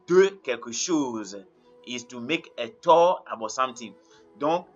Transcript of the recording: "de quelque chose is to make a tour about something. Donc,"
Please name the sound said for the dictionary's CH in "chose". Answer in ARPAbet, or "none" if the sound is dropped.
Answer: SH